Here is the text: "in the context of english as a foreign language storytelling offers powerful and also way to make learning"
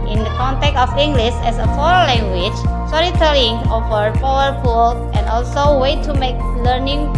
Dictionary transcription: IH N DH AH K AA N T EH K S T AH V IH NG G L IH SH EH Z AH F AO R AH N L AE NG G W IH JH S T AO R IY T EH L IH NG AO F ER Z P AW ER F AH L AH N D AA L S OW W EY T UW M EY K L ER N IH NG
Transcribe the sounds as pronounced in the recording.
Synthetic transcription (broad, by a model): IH N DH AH K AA N T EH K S AH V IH NG G L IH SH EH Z AH F AO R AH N L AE NG G W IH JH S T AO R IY T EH L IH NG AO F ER P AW ER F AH L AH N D AA L S OW W EY T UW M EY K L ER N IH NG